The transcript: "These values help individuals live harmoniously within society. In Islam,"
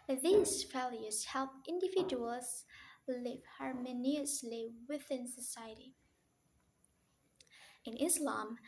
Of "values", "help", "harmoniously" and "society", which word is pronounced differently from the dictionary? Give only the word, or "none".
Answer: values